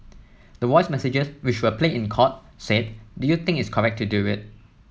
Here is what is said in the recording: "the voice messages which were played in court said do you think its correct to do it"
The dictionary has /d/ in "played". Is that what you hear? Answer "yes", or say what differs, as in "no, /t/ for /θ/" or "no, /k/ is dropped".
no, /d/ is dropped